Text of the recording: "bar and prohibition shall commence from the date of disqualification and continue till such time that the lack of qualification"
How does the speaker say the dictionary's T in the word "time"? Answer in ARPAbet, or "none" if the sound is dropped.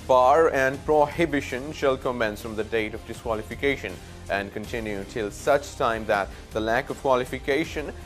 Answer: T